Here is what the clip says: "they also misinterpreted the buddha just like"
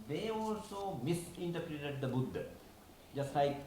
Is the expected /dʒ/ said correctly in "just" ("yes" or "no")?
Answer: yes